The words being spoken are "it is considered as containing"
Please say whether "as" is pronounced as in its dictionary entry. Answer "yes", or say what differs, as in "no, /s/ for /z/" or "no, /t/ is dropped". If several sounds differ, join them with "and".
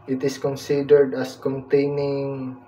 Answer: no, /s/ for /z/